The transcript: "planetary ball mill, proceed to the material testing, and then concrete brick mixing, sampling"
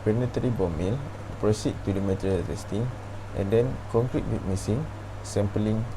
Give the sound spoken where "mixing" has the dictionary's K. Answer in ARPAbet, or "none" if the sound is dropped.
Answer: none